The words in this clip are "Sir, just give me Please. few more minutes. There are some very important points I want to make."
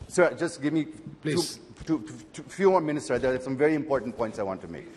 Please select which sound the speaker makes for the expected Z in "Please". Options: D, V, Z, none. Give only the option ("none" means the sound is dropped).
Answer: none